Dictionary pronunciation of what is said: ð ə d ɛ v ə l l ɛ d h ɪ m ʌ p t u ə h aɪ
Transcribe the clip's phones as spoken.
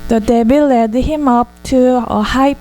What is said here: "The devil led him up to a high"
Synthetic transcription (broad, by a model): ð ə d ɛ b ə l l ɛ d h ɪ m ʌ p t u ə h aɪ